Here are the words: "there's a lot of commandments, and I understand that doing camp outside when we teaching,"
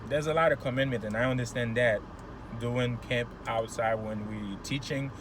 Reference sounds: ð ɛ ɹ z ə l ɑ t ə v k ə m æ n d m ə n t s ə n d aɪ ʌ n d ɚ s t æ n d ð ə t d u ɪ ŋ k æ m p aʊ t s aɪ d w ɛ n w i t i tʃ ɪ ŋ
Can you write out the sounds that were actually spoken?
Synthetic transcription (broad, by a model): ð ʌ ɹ z ə l ɑ t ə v k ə m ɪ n m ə n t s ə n aɪ ʌ n d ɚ s t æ n ð ə t d u ɪ ŋ k æ m p aʊ t s aɪ d w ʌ n w i t i tʃ ɪ ŋ